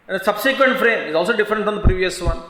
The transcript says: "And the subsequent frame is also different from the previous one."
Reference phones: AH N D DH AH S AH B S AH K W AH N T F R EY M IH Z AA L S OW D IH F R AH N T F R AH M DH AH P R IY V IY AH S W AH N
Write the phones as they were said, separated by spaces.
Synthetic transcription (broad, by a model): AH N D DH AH S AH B S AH K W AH N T F R EY M IH Z AA L S OW D IH F R AH N T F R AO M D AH P R IY V IY AH S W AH N